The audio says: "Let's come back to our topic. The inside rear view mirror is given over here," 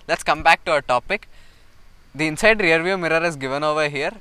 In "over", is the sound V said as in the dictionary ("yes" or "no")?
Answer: yes